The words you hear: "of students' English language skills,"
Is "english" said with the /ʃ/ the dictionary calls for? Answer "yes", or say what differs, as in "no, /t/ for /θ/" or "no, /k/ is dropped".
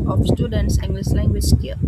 no, /s/ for /ʃ/